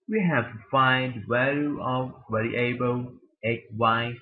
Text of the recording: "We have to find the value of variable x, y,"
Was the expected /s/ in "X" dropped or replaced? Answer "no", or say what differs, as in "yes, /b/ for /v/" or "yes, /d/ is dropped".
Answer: yes, /s/ is dropped